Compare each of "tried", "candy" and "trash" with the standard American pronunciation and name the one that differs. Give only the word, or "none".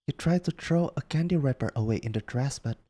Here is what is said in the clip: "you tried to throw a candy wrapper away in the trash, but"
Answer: trash